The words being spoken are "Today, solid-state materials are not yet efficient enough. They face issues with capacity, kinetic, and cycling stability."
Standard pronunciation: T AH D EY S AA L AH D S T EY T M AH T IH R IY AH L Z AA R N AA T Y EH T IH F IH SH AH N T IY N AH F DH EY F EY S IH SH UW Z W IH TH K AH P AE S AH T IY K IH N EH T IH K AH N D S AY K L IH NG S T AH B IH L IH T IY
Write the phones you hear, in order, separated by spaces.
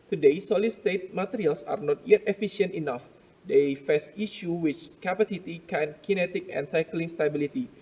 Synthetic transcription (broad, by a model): T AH D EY S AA L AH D S T EY T M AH T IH R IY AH L S AA R N AA T Y EH T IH F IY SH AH N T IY N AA F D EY F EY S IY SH UW W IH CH K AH P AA S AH T IY K IH N EH T IH K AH N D S AY K L IH NG S T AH B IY L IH T IY